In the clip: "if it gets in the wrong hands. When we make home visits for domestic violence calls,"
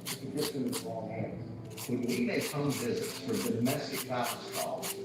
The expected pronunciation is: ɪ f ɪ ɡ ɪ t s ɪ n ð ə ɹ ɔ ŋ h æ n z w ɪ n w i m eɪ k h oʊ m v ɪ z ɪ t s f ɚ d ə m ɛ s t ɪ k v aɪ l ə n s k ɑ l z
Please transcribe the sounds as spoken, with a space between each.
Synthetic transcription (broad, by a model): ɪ ɪ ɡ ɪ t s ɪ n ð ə ɹ ɔ ŋ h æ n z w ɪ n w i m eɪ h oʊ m v ɪ z ɪ t s f ɚ d ə m ɛ s t ɪ k f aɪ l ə s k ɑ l